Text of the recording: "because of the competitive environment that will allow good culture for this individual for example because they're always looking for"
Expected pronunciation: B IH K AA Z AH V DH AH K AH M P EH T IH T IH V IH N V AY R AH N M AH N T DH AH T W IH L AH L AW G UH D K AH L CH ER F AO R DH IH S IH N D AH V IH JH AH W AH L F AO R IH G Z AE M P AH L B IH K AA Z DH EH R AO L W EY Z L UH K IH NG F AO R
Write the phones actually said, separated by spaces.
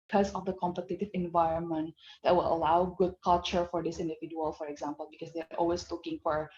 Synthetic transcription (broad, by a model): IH K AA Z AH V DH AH K AH M P EH T IH T IH V IH N V AY R AH N M AH N T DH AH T W IH L AH L AW G UH D K AH L CH ER F AO R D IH S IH N D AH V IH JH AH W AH L F AO R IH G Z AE M P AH L B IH K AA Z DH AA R AO L W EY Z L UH K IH NG F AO R